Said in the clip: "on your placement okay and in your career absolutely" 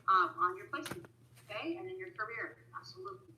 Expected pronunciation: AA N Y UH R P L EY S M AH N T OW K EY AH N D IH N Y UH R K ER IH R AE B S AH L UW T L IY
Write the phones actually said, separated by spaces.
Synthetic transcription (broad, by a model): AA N Y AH R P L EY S AH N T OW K EY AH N IH N Y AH R K ER IH R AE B S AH L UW T L IY